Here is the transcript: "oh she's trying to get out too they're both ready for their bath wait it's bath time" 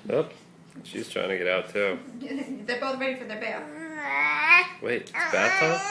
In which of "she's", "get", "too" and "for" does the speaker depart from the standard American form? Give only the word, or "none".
none